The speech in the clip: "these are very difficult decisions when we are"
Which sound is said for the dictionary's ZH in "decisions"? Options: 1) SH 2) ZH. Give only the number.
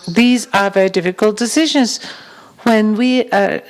2